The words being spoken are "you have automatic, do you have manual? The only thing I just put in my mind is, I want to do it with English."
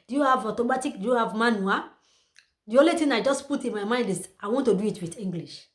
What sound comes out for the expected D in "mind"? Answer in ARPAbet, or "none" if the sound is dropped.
D